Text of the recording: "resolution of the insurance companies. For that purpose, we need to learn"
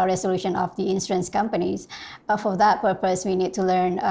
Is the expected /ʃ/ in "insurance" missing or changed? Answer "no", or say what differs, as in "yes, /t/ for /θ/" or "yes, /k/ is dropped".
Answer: yes, /s/ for /ʃ/